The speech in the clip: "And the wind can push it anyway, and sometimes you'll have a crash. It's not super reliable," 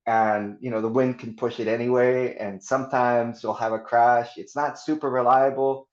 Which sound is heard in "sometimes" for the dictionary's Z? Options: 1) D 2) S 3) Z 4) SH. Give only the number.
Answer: 3